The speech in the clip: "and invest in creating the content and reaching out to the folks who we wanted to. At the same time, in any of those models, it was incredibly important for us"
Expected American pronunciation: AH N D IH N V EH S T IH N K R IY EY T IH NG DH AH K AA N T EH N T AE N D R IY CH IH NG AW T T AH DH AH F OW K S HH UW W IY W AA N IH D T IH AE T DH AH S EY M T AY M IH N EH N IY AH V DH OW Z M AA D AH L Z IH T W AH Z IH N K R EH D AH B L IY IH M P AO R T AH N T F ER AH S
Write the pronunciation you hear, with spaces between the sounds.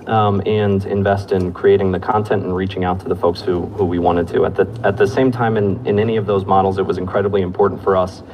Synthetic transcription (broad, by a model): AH N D IH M V EH S T IH N K R IY EY T IH NG DH AH K AA N T EH N T N R IY CH IH NG AW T T AH DH AH F OW K S HH UW W IY W AA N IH D T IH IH T DH AH S EY M T AY M IH N EH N IY AH V DH OW Z M AA D L Z IH T W AH Z IH N K R EH D AH B L IY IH M P AO R T N T F ER AH S